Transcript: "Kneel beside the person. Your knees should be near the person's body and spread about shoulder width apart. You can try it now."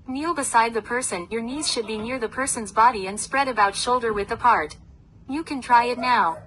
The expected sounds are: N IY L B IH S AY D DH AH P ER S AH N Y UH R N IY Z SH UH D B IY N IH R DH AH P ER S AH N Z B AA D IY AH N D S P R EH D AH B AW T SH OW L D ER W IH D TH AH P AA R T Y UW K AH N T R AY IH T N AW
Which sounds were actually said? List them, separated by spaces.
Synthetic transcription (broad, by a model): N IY L B IH S AY D DH AH P ER S AH N Y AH R N IY Z SH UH D B IY N IH R DH AH P ER S AH N Z B AA D IY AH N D S P R EH D AH B AW T SH OW L D ER W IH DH AH P AA R T Y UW K AH N T R AY IH T N AW